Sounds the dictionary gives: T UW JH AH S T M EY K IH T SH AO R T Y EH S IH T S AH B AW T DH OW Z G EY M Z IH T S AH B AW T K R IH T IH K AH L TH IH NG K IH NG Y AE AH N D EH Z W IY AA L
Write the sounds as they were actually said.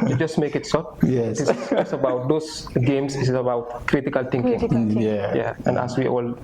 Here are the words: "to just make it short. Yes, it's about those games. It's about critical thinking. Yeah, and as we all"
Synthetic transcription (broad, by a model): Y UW JH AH S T M EY K IH T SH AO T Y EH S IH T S AH B AW T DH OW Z G EY M S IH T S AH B AW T K R IH T IH K AH L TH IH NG K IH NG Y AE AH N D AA S W IY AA L